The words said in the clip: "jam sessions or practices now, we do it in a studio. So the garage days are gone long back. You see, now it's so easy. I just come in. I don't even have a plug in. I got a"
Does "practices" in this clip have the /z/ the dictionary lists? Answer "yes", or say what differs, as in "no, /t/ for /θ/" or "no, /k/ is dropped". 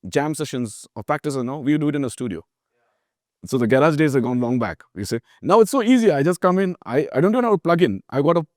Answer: no, /z/ is dropped